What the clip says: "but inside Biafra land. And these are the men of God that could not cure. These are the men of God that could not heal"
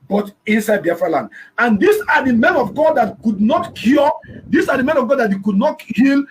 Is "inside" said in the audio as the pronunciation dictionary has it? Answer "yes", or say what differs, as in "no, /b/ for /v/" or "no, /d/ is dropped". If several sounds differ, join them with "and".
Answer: yes